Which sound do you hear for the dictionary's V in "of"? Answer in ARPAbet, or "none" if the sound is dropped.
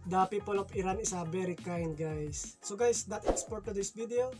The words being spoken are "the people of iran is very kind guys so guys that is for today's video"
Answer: P